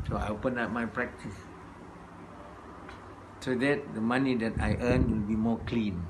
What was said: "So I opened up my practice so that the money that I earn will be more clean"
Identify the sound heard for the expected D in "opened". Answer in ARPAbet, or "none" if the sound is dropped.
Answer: none